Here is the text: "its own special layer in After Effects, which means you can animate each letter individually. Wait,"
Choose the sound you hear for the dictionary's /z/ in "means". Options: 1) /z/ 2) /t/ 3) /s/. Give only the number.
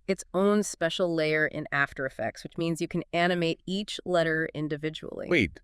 1